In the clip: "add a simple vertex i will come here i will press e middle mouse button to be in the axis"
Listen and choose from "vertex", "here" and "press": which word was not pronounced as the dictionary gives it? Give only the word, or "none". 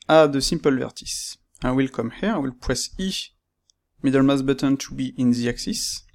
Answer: vertex